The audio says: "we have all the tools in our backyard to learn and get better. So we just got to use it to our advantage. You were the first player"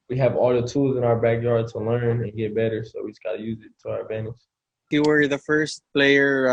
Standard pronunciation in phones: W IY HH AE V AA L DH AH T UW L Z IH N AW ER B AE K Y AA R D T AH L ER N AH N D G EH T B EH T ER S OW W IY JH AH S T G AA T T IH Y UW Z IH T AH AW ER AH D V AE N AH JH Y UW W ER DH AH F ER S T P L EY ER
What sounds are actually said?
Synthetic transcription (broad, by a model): W IY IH V AA L DH AH T UW L Z IH N AW ER B AE K Y AA R D T AH L ER N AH N G EH T B EH T ER S OW W IY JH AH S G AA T T IH Y UW Z IH T AH AW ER AH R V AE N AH SH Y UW W ER DH AH F ER S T P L EY ER